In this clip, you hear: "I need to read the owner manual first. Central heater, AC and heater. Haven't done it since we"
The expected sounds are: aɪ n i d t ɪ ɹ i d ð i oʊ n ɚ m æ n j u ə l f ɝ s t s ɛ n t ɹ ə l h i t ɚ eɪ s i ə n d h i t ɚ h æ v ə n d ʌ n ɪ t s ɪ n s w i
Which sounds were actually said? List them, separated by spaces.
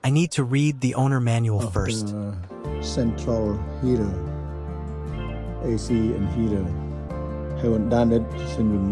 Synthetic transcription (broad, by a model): aɪ n i d t ɪ ɹ i d ð i oʊ n ɚ m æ n j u l f ɝ s t s ɛ n t ɹ ə l h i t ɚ eɪ s i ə n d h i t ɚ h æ w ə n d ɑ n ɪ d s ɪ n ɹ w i